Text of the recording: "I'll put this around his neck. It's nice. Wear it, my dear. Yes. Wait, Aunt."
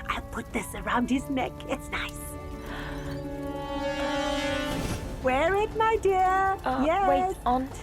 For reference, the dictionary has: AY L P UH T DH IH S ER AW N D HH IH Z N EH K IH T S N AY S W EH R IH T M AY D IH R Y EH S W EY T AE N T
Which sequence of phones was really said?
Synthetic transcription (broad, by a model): AY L P UH T DH IH S ER AW N D HH IH Z N EH K IH T S N AY S W EH R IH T M AY D IH R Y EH W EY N